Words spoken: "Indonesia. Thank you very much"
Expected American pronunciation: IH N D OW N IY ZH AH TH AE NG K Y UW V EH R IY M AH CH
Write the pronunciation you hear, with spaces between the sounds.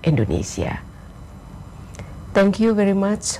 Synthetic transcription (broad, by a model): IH N D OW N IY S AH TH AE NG K Y UW V EH R IY M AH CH